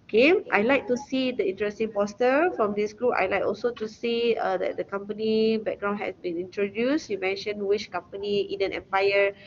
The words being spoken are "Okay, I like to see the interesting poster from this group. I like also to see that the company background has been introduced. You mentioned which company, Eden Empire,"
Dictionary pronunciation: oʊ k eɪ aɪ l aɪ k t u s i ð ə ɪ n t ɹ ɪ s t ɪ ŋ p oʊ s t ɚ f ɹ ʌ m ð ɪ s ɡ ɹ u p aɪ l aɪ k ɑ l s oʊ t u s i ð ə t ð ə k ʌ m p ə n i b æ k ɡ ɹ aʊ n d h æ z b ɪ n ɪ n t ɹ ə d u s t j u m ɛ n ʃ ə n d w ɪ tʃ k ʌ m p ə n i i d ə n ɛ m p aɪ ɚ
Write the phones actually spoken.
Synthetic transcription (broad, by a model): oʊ k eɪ aɪ l aɪ k t u s i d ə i n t ɹ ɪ s t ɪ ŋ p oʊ s t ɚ f ɹ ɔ m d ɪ s ɡ ɹ u p aɪ l aɪ k ɑ l s oʊ t u s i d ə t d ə k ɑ m p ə n i b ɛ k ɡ ɹ aʊ n h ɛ s b ɪ n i n t ɹ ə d u s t j u m ɛ n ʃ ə n w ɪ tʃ k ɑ m p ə n i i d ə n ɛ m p aɪ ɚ